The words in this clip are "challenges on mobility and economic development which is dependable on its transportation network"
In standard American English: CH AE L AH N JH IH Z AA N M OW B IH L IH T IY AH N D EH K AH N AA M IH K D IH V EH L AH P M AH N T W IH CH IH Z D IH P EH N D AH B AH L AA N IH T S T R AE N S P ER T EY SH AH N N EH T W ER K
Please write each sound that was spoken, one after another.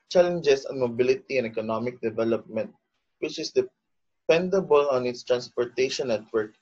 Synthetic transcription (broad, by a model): CH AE L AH N JH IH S AA N M OW B IH L IH T IY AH N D EH K AH N AA M IH K D IH V EH L AH P M AH N T W IH CH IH S D IH P EH N D AH B AH L AA N IH T S T R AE N S P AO T EY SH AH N N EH T W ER K